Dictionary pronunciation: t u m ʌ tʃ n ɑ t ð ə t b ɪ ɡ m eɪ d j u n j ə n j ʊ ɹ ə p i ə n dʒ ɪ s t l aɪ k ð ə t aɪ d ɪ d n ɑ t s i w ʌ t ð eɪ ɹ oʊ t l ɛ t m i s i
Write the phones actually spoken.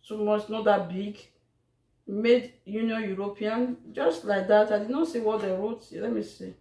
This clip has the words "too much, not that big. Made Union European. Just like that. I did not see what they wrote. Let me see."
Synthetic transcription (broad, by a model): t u m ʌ s n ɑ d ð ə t b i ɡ m eɪ d j u n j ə n j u ɹ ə p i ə n dʒ ɪ s t l aɪ k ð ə t aɪ d ɪ d n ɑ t s i w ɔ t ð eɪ ɹ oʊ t l ɛ t m i s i